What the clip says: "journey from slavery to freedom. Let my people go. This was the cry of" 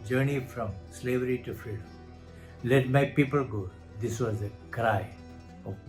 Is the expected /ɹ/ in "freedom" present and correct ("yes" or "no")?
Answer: no